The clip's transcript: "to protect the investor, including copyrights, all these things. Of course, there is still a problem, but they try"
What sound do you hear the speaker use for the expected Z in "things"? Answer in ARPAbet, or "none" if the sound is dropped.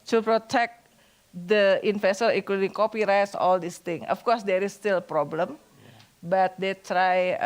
none